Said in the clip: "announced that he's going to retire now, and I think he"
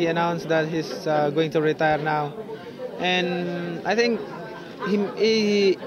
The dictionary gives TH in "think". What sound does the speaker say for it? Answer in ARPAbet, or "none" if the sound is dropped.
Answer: T